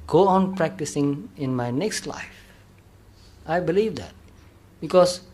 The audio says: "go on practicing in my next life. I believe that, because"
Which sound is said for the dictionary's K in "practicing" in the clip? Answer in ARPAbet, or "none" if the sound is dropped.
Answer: K